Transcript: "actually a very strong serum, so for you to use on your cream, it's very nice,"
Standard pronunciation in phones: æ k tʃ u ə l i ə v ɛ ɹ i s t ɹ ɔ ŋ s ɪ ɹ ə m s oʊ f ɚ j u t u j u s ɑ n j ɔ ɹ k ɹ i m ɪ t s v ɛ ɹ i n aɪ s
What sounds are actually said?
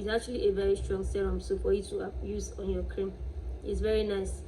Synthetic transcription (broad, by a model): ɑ k tʃ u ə l i ə v ɛ ɹ i s t ɹ ɔ ŋ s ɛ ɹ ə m s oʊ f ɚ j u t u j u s ɑ n j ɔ k ɹ i m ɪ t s v ɛ ɹ i n aɪ s